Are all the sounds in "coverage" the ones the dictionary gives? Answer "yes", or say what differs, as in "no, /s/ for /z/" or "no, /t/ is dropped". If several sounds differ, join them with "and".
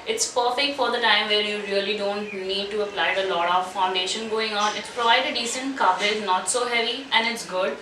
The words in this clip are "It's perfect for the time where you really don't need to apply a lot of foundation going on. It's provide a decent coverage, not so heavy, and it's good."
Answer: no, /z/ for /dʒ/